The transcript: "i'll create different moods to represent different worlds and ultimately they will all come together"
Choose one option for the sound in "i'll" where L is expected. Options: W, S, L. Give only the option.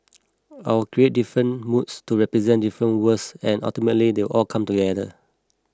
W